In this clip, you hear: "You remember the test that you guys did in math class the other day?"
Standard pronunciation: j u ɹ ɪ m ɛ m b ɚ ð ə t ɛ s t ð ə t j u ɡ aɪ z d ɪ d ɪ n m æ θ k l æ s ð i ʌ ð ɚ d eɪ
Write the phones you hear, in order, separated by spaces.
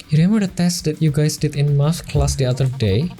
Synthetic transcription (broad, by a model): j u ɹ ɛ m ɚ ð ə t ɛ s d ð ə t j u ɡ aɪ s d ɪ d ɪ n m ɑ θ k l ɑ s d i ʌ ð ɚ d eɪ